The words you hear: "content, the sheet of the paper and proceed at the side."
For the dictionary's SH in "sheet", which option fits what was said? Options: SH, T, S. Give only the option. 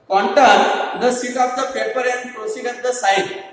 S